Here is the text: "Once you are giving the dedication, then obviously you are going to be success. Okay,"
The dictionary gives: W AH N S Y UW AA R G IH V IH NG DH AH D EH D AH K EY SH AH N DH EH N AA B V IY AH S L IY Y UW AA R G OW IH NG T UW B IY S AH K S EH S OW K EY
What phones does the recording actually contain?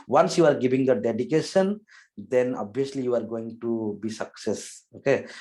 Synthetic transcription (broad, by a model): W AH N S Y UW AA R G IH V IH NG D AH D EH D AH K EY SH AH N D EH N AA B IY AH S L IY Y UW AA R G OW IH NG T UW B IY S AH K S EH S OW K EY